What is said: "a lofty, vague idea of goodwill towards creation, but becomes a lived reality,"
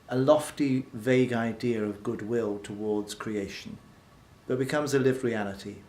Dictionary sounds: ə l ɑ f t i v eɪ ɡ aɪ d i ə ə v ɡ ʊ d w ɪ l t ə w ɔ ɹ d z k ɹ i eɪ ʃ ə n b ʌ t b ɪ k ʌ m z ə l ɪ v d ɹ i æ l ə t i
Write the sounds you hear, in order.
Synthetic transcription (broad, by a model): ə l ɑ f t i v eɪ ɡ aɪ d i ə ə v ɡ ʊ d w ɪ l t ə w ɔ ɹ d z k ɹ i eɪ ʃ ə n b ʌ t b ɪ k ʌ m z ə l ɪ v ɹ i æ l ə t i